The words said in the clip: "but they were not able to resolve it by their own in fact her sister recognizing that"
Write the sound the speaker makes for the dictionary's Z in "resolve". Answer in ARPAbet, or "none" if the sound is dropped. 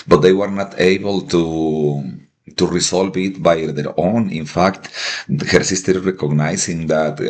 S